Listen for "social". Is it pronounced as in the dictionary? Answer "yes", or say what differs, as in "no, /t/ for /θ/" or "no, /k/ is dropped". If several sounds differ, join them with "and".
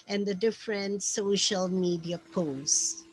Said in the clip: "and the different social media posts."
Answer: yes